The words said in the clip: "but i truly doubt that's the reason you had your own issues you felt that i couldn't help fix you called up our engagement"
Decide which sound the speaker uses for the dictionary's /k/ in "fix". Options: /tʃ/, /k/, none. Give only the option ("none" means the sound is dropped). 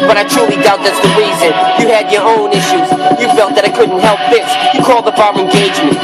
none